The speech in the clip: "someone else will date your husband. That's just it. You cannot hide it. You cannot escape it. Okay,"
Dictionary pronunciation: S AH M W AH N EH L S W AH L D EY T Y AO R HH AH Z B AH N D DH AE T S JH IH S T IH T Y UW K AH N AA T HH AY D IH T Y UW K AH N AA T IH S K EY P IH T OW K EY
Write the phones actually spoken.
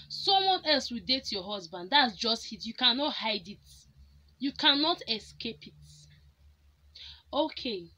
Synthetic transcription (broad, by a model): S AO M W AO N EH L S W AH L D EY T Y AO HH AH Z B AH N D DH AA T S JH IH S T IH T Y UW K AH N AA T HH AY D IH T Y UW K AH N AA T IH S K EY P IH T OW K EY